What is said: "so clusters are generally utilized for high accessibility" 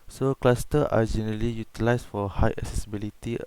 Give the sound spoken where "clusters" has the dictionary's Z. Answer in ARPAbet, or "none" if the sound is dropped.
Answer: none